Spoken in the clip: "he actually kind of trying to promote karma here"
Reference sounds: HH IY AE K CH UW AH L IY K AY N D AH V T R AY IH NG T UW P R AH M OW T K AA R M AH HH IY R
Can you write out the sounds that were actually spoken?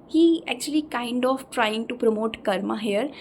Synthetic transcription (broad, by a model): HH IY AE K CH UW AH L IY K AY N D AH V T R AY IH NG T UW P R AH M OW T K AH R M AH HH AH R